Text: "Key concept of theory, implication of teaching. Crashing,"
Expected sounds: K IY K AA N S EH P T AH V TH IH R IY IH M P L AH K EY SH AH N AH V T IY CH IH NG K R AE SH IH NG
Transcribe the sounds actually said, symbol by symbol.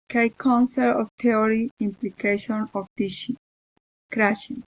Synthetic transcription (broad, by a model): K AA K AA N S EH T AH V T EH R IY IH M P L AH K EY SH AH N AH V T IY SH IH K R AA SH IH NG